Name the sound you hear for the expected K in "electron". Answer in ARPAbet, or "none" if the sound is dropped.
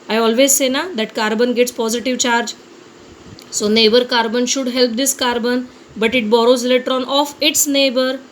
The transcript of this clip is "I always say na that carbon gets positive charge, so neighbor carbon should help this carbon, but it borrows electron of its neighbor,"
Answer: none